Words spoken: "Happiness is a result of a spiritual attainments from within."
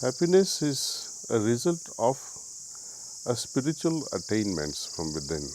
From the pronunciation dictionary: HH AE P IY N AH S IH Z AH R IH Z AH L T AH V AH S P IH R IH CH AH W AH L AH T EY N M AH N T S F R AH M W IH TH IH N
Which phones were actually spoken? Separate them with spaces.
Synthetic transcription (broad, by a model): HH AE P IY N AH S IH Z AH R IH Z AH L T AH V AH S P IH R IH CH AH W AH L AH T EY N M AH N T S F R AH M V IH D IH N